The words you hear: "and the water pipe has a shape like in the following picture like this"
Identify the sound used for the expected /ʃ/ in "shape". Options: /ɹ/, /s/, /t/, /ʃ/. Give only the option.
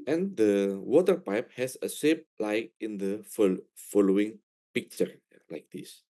/s/